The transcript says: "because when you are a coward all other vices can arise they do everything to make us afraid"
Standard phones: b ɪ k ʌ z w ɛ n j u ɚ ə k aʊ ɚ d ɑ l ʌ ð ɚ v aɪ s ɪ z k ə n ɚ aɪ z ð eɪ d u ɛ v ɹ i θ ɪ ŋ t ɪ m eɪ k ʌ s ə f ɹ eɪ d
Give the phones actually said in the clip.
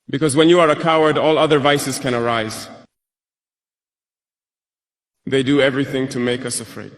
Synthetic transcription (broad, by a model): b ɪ k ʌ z w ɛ n j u ɚ ə k aʊ ɚ d ɑ l ʌ ð ɚ v aɪ s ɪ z k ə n ɚ aɪ z ð eɪ d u ɛ v ɹ i θ ɪ ŋ t ɪ m eɪ k ʌ s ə f ɹ eɪ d